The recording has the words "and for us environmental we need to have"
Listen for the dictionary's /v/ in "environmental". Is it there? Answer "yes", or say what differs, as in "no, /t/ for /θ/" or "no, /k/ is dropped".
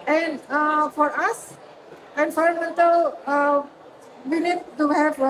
no, /f/ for /v/